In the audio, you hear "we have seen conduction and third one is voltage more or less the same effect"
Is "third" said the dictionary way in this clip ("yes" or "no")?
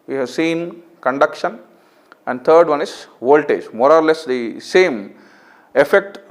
no